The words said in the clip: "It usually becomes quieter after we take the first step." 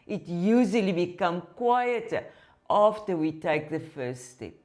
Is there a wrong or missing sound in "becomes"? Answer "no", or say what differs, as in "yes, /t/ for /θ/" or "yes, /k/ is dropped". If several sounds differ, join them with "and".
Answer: yes, /z/ is dropped